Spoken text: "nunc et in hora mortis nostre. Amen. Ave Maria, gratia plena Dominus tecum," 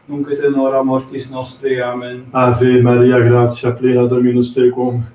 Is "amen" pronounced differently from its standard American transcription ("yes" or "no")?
no